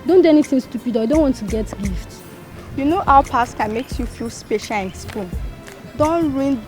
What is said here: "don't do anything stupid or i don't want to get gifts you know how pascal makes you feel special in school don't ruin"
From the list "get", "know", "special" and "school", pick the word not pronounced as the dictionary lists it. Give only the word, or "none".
school